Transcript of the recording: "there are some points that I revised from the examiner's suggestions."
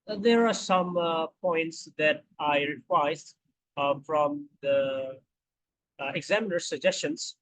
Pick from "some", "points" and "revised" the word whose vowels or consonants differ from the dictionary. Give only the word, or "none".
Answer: revised